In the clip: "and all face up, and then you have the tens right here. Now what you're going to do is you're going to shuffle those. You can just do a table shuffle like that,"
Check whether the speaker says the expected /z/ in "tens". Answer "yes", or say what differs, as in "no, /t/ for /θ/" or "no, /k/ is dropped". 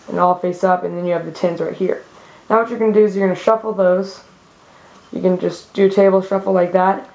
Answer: yes